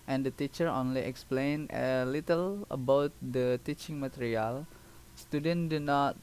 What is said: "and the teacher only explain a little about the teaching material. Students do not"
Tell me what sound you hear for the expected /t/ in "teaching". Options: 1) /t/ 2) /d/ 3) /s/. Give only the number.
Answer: 1